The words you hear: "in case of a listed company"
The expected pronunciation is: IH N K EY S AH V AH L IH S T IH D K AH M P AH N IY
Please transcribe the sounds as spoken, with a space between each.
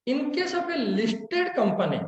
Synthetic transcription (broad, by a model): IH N K EY S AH B AH L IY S T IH D K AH M P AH N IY